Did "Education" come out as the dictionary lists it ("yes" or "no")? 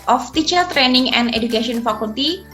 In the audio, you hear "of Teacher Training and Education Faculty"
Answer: no